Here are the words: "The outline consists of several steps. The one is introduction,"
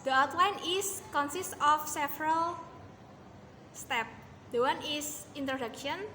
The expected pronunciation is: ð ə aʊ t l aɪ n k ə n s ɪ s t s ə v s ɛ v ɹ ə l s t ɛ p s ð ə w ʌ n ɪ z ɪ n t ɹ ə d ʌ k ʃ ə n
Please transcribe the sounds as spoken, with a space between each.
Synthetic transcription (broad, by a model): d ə aʊ t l aɪ n k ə n s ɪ s t ə f s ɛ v ɹ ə l s t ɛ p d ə w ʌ n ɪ s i n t ɹ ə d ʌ k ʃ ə n